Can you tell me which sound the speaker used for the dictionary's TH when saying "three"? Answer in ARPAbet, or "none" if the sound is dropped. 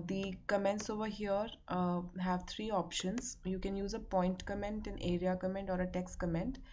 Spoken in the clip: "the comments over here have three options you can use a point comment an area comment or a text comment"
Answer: T